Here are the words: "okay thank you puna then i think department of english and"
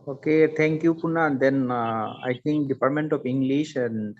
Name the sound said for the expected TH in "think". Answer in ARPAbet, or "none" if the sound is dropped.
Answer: T